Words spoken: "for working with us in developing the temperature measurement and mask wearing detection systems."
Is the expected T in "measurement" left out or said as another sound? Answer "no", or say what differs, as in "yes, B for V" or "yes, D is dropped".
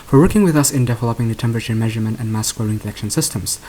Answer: no